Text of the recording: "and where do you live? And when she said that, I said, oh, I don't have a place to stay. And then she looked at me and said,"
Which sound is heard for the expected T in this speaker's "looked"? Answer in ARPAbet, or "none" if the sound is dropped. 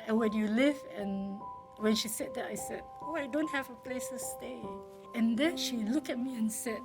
none